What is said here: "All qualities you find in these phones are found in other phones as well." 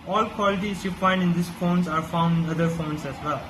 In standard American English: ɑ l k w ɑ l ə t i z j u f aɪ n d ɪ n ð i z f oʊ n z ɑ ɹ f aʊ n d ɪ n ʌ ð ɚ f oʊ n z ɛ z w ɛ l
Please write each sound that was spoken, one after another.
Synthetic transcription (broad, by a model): ɑ l k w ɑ l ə t i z j u f aɪ n d ɪ n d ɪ s f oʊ n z ɑ ɹ f aʊ n d ɪ n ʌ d ɚ f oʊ n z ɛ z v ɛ l